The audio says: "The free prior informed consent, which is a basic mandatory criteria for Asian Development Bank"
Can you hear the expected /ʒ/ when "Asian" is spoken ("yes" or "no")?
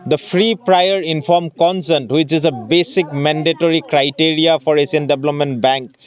no